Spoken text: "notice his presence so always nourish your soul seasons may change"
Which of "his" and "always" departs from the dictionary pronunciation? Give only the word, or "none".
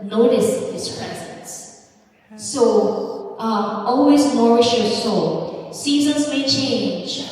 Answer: his